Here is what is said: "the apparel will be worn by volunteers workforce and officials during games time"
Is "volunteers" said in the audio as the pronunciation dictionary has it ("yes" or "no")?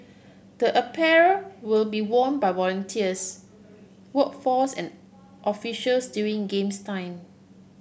no